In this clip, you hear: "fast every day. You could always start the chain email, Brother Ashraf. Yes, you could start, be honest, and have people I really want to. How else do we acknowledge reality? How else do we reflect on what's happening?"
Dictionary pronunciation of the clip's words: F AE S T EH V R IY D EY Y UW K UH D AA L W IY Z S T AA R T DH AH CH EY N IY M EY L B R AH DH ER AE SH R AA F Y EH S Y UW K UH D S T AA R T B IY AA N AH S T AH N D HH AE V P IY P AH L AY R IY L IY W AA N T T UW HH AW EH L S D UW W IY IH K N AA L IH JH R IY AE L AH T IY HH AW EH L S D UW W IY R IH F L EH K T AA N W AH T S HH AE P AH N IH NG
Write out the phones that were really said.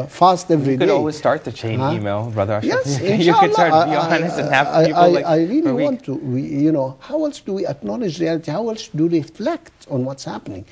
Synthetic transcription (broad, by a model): F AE S T EH V R IY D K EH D AA L W IY Z S T AA R T DH AH CH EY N IY M EY L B R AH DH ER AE R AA Y EH S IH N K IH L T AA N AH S AH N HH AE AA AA AH AY R IY L IY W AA N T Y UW HH AW EH L S D UW W IY IH K N AA L IH JH R IY AE L AH T IY HH AW EH L S D UW R IH F L EH K T AA N W AH T S HH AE P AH N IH NG